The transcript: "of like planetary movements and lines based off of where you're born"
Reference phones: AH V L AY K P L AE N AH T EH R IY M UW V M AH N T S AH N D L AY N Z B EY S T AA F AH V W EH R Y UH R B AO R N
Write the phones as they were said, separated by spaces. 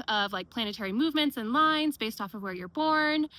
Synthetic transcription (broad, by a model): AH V L AY K P L AE N AH T EH R IY M UW V M AH N T S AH N L AY N Z B EY S T AA F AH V W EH R Y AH R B AO R N